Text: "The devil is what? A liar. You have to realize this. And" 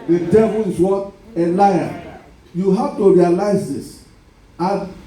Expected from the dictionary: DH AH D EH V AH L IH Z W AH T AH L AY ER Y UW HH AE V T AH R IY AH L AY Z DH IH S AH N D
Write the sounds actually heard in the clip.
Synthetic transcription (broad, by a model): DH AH D EH V AH L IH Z W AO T AH L AY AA Y UW HH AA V T AH R IY AH L AY Z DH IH S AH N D